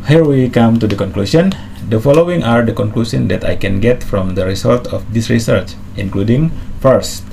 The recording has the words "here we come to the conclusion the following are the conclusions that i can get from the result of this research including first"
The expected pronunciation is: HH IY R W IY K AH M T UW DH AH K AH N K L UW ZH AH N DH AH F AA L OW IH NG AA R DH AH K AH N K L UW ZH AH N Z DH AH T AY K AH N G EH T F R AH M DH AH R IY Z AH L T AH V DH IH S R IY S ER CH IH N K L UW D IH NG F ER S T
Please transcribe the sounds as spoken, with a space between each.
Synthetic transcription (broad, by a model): HH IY R W IY K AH M T UW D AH K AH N K L UW SH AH N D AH F AA L OW IH NG AA R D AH K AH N K L UW S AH N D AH T AY K AH N G EH T F R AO M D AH R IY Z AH L T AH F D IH S R IY S ER CH IH N K L UW D IH NG F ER S T